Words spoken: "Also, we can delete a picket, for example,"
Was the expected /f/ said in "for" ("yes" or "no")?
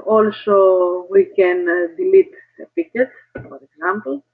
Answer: no